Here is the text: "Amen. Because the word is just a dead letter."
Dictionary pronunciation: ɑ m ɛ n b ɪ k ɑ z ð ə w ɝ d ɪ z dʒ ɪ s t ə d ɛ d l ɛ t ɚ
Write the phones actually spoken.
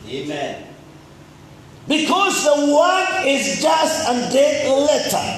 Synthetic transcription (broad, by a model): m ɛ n b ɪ k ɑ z ð ə w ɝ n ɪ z dʒ ɪ s t ə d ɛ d l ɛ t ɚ